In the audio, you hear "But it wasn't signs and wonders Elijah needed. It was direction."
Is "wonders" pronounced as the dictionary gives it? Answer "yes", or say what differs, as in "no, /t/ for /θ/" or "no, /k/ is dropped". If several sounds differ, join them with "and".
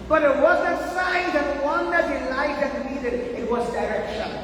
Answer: no, /z/ is dropped